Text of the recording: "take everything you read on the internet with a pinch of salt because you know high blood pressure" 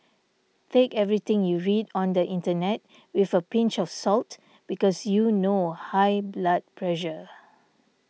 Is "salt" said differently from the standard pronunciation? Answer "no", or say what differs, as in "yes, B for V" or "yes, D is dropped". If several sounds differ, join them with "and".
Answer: no